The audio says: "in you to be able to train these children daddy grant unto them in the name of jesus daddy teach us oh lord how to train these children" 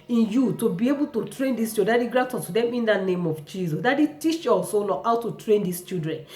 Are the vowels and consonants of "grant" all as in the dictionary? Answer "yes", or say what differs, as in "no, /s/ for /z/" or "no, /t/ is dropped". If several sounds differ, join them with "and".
no, /n/ is dropped